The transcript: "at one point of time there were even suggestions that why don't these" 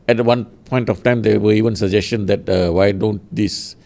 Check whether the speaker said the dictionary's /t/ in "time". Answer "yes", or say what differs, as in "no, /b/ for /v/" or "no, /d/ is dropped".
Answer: yes